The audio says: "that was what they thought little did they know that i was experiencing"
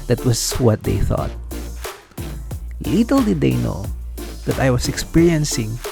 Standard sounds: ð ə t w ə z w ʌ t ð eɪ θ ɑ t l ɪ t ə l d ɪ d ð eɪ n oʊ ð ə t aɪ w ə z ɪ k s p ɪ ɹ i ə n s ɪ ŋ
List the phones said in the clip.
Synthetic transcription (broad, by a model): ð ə t w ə s w ʌ t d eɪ θ ɑ t l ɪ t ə l d ɪ d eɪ n oʊ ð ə t aɪ w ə s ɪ k s p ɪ ɹ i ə n s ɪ ŋ